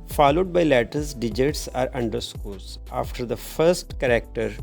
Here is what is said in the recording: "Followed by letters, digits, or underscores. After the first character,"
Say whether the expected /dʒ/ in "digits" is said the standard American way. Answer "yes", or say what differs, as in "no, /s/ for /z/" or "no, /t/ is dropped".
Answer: yes